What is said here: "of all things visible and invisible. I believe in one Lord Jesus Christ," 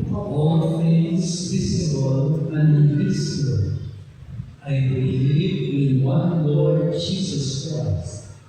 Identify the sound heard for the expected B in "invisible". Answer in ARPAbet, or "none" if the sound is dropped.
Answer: none